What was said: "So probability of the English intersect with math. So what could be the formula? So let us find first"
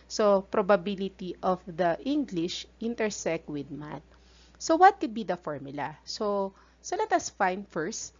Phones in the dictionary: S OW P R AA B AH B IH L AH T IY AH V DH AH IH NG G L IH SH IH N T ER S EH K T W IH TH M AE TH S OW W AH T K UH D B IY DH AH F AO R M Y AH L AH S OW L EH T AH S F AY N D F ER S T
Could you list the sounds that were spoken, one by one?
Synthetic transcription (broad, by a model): S OW P R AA B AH B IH L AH T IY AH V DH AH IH NG G L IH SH IH N T ER S EH K T W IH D M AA T S OW W AH T K UH D B IY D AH F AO R M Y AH L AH S OW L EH T AH S F AY N F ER S T